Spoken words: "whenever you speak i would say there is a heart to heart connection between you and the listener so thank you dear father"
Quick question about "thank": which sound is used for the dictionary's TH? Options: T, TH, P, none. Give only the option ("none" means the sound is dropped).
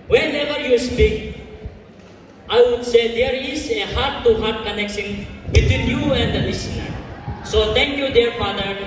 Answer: T